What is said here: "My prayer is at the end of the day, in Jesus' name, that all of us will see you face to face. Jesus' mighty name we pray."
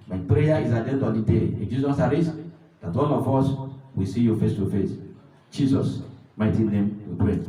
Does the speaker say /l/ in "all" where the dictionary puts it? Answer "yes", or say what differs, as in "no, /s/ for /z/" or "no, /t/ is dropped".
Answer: no, /n/ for /l/